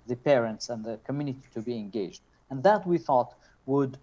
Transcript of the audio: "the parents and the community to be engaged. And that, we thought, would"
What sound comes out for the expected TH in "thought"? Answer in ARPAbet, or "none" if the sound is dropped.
TH